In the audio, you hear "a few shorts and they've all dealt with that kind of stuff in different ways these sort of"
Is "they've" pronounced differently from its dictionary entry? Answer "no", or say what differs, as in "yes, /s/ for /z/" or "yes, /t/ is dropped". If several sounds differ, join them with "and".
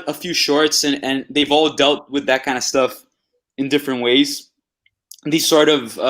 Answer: no